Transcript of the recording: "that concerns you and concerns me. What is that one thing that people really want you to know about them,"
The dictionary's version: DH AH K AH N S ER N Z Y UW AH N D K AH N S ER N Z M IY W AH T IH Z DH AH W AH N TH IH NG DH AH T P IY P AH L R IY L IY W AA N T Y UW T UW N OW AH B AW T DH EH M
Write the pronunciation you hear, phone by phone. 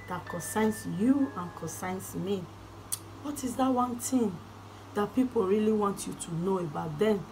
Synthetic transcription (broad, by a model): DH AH K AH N S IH N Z Y UW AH N K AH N S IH N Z M IY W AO T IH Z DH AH W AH N T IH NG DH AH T P IY P AH L R IY L IY W AA N T Y UW T UW N OW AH B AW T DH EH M